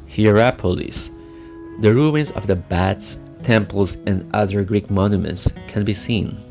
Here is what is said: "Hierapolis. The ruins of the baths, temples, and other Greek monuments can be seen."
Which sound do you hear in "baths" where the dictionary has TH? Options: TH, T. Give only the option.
T